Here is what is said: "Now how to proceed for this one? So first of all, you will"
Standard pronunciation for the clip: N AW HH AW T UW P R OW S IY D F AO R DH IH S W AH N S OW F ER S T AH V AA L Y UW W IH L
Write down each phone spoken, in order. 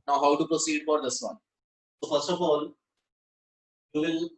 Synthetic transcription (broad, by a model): N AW HH AW T UW P R OW S IY D F AO R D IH S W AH N S OW F ER S T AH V AA L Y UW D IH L